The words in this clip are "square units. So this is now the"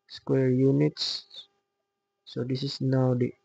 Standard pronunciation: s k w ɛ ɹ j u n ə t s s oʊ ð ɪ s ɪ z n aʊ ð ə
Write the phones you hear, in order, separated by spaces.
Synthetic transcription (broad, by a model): s k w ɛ ɹ j u n ə t s s oʊ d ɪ s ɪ s n aʊ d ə